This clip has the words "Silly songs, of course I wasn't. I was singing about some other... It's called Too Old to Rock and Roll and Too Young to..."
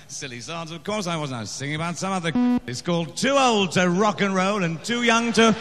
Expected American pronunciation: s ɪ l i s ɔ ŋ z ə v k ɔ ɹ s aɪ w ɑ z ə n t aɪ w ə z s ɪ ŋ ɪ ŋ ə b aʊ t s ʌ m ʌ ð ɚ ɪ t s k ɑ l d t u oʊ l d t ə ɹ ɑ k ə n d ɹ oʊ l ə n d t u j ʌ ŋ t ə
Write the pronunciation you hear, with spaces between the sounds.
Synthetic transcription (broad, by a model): s ɪ l i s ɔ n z ə v k ɔ ɹ s aɪ w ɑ z n aɪ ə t s ɪ ŋ ɪ ŋ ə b aʊ t s ʌ m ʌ ð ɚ ɪ t s k ɑ l d t u oʊ l d t ə ɹ ɑ k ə n ɹ oʊ l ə n t u j ʌ ŋ t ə